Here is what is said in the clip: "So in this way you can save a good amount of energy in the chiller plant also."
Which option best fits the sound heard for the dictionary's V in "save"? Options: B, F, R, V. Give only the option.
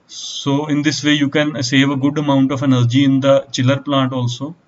V